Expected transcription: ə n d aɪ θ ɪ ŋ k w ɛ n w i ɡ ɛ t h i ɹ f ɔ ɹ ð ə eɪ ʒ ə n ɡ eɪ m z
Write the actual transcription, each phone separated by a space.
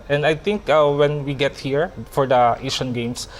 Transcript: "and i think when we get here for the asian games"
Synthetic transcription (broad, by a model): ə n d aɪ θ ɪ ŋ k w ɛ n w i ɡ ɛ t h i ɹ f ɔ ɹ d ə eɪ ʃ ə n ɡ eɪ m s